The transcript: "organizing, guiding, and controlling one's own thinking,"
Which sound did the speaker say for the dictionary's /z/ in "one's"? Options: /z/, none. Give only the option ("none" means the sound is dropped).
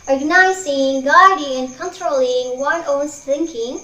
none